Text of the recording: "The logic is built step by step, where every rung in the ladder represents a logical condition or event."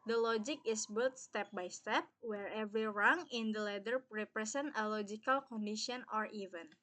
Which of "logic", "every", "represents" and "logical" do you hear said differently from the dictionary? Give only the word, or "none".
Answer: represents